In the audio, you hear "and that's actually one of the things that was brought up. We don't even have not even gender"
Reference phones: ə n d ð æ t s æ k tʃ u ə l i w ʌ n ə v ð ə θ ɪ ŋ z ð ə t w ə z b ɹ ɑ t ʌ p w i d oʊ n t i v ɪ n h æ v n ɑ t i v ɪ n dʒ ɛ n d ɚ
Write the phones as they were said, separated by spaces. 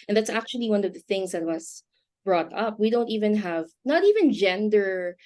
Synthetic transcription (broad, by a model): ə n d ð æ t s æ k tʃ u ə l i w ʌ n ə v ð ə θ ɪ ŋ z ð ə t w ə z b ɹ ɑ t ʌ p w i d oʊ n t i v ɪ n h æ v n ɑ t i v ɪ n dʒ ɛ n d ɚ